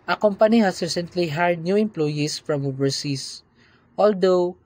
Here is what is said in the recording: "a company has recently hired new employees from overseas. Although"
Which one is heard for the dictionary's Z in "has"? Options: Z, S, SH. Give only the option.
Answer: S